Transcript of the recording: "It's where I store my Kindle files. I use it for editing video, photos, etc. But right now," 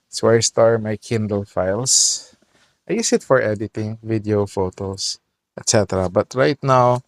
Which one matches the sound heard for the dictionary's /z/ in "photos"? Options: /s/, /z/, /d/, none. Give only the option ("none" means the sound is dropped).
/s/